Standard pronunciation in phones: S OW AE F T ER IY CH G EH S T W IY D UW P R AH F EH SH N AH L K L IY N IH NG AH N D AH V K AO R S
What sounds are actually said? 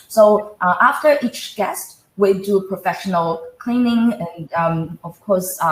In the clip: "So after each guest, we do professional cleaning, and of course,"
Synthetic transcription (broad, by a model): S OW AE F T ER IY CH G EH S T W IY D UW P R AH F EH SH N AH L K L IY N IH NG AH N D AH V K AO R S